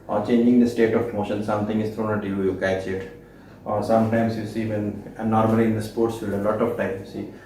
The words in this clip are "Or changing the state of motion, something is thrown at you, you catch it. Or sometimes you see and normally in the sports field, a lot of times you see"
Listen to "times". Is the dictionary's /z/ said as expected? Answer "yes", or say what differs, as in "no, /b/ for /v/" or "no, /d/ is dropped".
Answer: no, /z/ is dropped